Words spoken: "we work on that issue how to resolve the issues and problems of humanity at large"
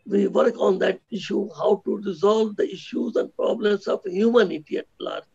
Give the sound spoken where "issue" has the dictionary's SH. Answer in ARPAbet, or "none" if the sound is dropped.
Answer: SH